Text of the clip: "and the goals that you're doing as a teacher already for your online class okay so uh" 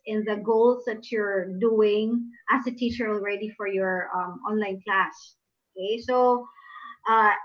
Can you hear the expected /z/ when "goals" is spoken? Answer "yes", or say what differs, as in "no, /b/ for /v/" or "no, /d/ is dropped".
no, /s/ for /z/